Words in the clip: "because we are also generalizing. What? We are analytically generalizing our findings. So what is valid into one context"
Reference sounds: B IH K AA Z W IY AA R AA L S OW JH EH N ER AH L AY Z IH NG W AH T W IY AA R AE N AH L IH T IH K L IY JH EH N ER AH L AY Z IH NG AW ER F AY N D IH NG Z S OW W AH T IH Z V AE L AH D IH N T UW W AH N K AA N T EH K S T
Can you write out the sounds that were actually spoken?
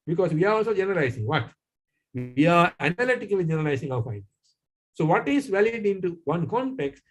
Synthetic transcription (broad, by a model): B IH K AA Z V IY AA R AA L S OW JH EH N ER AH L AY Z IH NG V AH T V IY AA R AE N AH L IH T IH K L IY JH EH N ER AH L AY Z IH NG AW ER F AY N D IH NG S S OW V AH T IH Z V AE L AH D IH N T UW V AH N K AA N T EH K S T